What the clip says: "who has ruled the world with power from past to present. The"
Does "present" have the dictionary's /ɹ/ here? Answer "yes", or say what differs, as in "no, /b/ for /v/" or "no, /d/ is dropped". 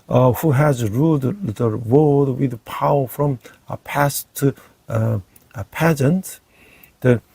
no, /ɹ/ is dropped